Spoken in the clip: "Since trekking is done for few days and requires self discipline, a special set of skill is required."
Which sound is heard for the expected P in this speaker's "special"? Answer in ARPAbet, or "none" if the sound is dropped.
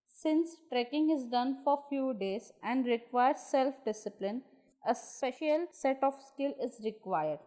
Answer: P